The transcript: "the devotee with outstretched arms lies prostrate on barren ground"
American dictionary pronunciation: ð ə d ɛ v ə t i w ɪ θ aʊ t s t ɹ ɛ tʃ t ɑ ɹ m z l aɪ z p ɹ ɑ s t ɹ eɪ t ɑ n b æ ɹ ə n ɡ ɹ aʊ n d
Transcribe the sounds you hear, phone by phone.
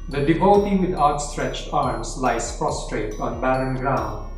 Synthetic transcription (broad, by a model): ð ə d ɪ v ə t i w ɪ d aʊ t s t ɹ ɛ tʃ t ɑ ɹ m s l aɪ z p ɹ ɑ s t ɹ eɪ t ɑ n b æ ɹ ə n ɡ ɹ aʊ n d